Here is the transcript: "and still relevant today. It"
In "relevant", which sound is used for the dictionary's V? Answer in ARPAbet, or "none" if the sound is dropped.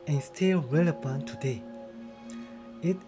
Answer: P